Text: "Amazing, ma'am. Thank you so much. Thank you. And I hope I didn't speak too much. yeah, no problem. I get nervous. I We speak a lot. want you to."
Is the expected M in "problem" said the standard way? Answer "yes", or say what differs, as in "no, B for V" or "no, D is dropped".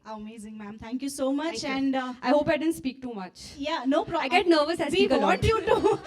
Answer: no, M is dropped